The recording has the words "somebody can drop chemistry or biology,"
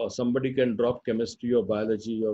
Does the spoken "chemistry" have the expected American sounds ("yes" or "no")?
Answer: yes